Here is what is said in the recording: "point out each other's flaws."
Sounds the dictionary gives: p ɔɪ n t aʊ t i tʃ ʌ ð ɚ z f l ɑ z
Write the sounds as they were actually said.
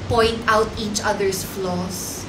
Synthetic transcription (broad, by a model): p ɔɪ n t aʊ t i tʃ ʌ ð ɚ s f l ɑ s